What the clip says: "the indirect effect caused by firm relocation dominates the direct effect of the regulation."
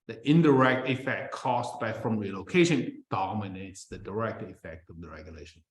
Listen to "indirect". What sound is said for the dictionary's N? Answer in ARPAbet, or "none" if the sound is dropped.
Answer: N